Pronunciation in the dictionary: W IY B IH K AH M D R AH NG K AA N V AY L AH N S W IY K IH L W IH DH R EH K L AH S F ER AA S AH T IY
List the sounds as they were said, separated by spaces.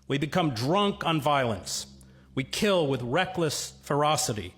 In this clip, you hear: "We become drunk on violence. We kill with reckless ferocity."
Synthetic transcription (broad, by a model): W IY B IH K AH M D R AH NG K N V AY L AH N S W IY K IH L W IH DH R EH K L AH S F ER AA S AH T IY